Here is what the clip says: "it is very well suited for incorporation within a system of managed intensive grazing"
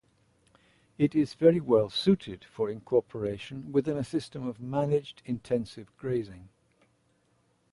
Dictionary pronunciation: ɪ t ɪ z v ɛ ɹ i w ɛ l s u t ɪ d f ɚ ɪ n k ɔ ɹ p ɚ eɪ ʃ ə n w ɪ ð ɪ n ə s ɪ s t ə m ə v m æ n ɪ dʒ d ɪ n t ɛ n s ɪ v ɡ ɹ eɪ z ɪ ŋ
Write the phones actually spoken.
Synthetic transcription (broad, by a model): ɪ t ɪ z v ɛ ɹ i w ɛ l s u t ɪ d f ɚ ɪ n k ɔ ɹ p ɚ eɪ ʃ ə n w ɪ ð ɪ n ə s ɪ s t ə m ə v m æ n ɪ dʒ d ɪ n t ɛ n s ɪ v ɡ ɹ eɪ z ɪ ŋ